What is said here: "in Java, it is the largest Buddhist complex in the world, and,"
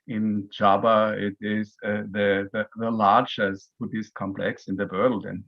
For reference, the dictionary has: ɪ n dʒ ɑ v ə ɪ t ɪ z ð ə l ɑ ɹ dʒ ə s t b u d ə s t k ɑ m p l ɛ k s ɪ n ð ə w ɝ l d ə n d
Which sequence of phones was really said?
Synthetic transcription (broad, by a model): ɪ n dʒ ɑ b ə ɪ t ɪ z ð ə l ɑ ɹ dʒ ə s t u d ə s k ɑ m p l ɛ k s ɪ n ð ə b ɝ l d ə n